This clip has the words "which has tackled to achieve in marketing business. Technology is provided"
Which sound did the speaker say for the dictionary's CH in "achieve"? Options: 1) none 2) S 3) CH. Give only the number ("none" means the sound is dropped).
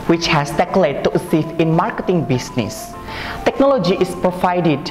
2